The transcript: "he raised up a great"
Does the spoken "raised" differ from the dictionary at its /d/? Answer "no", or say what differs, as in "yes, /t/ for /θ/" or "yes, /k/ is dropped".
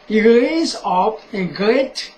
yes, /d/ is dropped